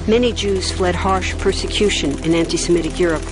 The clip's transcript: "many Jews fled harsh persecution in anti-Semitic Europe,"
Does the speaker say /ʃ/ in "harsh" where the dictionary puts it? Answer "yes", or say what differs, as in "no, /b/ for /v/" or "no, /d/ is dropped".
yes